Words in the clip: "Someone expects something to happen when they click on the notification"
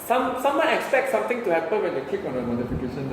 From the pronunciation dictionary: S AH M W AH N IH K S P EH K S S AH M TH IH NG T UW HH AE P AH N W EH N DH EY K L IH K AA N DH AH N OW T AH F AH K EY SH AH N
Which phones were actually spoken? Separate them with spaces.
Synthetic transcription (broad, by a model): S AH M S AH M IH K S P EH K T S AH M T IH NG T UW HH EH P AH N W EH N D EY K IH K AA N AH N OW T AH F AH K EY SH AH N